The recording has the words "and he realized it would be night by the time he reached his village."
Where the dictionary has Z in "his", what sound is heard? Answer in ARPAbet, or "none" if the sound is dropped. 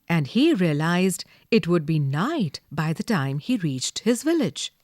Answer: Z